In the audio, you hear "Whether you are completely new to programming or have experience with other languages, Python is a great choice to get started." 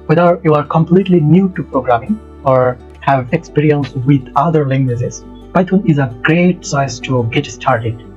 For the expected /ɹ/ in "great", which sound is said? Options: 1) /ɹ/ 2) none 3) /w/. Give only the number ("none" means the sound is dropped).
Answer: 1